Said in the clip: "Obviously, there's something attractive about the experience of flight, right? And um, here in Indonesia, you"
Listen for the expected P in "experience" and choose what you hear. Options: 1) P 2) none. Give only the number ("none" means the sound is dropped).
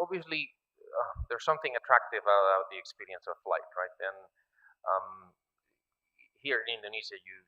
1